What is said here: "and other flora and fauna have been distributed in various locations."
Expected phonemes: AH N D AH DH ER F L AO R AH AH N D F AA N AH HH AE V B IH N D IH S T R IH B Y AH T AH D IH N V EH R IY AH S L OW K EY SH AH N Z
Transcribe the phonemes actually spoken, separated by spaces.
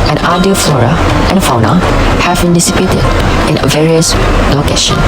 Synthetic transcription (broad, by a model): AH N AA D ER F L AO R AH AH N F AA N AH HH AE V B IH N D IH S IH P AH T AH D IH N V EH R IY AH S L OW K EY SH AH N